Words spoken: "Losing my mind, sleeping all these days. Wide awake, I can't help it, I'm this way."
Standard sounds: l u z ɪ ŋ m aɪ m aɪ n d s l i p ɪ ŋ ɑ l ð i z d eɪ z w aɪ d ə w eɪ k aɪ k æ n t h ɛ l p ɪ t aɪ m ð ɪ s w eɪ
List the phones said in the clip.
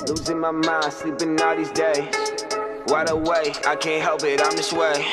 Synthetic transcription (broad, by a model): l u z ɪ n m aɪ m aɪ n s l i b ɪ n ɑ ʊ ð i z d eɪ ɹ aɪ d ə w eɪ aɪ k æ n t h ɛ l p ɪ t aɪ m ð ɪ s w eɪ